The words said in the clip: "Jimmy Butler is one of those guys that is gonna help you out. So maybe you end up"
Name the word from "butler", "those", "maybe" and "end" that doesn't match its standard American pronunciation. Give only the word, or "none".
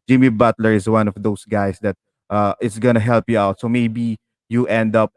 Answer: those